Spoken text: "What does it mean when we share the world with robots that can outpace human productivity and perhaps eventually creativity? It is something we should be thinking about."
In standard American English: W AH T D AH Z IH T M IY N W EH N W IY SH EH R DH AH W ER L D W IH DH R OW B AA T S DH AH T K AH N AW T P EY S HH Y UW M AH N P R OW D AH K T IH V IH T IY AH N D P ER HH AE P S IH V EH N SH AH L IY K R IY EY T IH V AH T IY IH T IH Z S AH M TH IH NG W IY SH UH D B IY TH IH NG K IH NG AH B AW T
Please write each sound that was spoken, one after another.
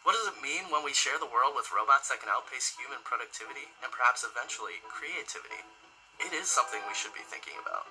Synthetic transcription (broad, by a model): W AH T D AH Z IH T M IY N W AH N W IY SH EH R DH AH W ER L D W IH DH R OW B AA T S DH AH T K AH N AW T P EY S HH Y UW M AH N P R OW D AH K T IH V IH T IY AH N P ER HH AE P S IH V EH N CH L IY K R IY EY T IH V AH T IY IH T IH Z S AH M TH IH NG W IY SH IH D B IY TH IH NG K IH NG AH B AW T